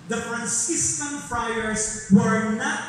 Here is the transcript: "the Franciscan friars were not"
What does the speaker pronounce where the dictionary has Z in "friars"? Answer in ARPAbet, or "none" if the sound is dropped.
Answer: S